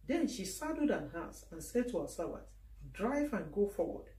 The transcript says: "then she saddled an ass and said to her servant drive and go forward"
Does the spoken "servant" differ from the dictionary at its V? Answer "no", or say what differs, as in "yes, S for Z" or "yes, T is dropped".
yes, B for V